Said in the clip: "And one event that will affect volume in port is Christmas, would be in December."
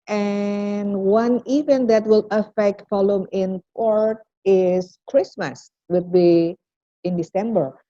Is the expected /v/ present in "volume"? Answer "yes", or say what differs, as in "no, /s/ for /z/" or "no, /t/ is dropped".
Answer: no, /f/ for /v/